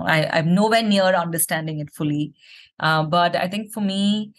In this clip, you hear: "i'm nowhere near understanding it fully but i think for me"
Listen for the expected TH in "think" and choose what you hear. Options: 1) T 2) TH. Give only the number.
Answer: 1